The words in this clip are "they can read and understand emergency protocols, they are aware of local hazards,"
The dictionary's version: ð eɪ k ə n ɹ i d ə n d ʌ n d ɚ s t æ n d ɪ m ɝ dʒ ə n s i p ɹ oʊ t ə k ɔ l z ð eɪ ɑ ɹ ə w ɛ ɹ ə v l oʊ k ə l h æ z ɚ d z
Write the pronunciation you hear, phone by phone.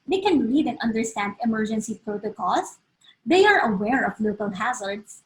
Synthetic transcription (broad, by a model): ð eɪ k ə n l i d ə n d ʌ n d ɚ s t æ n d ɪ m ɝ dʒ ə n s i p ɹ oʊ t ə k ɔ l s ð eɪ ɑ ɹ ə w ɛ ɹ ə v l oʊ k ə l h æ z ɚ d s